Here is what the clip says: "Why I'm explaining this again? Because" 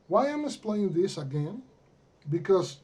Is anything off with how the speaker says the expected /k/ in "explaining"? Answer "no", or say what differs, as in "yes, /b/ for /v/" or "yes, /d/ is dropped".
yes, /k/ is dropped